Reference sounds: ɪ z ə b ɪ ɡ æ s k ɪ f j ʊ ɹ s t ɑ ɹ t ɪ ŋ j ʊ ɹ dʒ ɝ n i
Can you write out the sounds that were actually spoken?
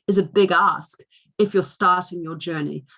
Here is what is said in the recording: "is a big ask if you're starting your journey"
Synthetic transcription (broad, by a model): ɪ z ə b ɪ ɡ æ s k ɪ f j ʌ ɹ s t ɑ ɹ t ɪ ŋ j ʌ ɹ dʒ ɝ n i